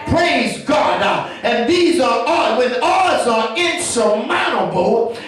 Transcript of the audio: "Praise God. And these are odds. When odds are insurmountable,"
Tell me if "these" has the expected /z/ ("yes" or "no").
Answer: yes